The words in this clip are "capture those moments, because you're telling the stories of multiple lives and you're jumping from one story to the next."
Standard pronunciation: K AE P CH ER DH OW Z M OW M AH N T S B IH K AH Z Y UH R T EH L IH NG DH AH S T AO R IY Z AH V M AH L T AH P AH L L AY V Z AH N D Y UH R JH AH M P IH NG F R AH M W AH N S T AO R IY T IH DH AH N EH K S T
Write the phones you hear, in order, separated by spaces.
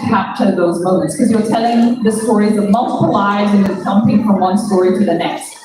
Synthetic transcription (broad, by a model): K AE P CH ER DH OW Z M OW M AH N T S K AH Z Y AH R T EH L IH NG DH AH S T AO R IY Z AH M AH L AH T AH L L AY Z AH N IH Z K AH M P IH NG F R AH M W AH N S T AO R IY T IH DH AH N EH K S T